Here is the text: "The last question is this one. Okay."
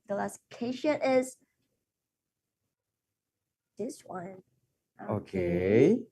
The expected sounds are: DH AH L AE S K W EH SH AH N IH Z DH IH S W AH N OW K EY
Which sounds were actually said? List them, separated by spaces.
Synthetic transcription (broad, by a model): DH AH L AE S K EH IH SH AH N IH Z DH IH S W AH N OW K EY